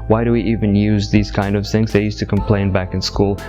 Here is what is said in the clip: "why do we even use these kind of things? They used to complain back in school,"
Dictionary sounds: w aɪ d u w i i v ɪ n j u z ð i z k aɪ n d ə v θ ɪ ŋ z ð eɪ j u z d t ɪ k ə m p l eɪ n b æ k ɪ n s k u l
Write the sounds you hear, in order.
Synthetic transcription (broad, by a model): w aɪ d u w i i v ɪ n j u z ð i z k aɪ n d ə v θ ɪ ŋ z ð eɪ j u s t ɪ k ə m p l eɪ n b æ k ɪ n s k u l